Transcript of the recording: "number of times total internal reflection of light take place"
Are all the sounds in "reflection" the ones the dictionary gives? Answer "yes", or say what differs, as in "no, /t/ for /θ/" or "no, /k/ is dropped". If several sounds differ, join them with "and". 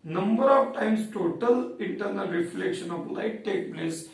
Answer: yes